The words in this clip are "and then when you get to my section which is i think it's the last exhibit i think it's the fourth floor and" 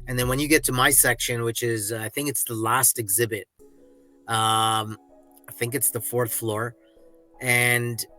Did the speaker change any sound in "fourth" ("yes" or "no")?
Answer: no